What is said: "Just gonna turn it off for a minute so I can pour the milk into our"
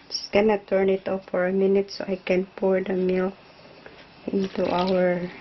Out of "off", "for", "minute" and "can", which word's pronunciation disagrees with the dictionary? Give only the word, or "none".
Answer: off